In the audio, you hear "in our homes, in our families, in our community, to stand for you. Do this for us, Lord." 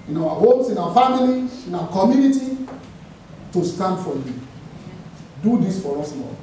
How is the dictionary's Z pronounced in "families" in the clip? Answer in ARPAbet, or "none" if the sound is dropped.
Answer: none